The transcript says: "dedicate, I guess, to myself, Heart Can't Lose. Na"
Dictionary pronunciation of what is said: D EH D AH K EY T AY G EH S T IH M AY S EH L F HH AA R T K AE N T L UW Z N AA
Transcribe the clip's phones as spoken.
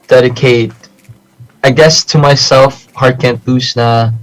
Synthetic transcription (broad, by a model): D EH D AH K EY T AY G EH S T IH M AY S EH L F HH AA R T K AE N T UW S N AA